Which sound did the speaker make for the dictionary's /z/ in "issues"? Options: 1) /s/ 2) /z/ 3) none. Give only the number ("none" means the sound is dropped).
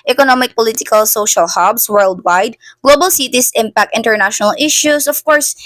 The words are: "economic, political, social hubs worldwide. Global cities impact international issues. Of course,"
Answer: 1